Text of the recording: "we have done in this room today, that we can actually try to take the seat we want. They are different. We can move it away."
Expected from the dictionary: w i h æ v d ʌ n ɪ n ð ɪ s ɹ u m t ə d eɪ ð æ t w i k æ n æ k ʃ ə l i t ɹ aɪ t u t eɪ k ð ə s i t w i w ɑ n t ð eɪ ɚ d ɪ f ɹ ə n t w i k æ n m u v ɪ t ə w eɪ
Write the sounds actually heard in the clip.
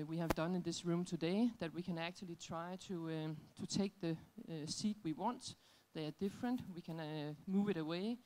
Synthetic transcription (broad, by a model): w i h æ v d ʌ n ɪ n ð ɪ s ɹ u m t ə d eɪ ð æ t w i k æ n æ k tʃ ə l i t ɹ aɪ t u t eɪ k ð ə s i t w i w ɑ n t ð eɪ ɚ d ɪ f ɹ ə n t w i k æ n m u v ɪ t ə w eɪ